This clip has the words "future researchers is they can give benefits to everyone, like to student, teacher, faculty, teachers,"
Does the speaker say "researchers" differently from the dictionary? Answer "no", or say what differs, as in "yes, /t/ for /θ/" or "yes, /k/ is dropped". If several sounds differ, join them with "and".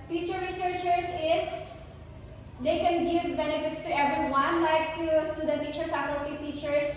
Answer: yes, /s/ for /z/